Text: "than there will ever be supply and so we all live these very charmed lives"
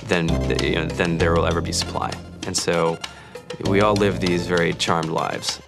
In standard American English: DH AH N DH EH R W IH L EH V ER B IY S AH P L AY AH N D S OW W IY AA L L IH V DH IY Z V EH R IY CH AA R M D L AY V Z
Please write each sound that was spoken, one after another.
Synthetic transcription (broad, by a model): DH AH N DH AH R W IH L EH V ER B IY S AH P L AY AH N S OW W IY AA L L IH V DH IY Z V EH R IY CH AA R M D L AY V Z